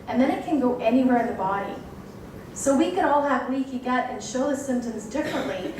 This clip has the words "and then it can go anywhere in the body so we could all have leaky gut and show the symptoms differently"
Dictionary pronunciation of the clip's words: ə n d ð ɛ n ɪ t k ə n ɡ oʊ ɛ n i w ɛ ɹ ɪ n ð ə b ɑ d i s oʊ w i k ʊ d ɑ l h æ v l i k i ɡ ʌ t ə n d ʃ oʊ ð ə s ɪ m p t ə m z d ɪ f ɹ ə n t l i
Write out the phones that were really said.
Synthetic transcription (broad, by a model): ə n ð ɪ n ɪ t k ə n ɡ oʊ ɛ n i w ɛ ɹ ɪ n ð ə b ɑ d i s oʊ w i k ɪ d ɑ l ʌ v w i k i ɡ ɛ t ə n ʃ oʊ ð ə s ɪ m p t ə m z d ɪ f ɹ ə n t l i